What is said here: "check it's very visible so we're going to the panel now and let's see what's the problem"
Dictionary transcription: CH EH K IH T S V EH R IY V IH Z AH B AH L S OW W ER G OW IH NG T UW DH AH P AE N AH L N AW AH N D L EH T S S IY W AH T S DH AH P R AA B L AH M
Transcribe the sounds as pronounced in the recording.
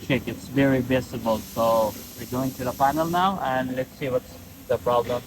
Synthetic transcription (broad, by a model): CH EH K IH T S V EH R IY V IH S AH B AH L S OW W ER G OW IH NG T UW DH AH F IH N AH L N AW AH N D L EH T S S IY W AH T S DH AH P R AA B L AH M